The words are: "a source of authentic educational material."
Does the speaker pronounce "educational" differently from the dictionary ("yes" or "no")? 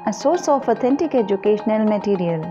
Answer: no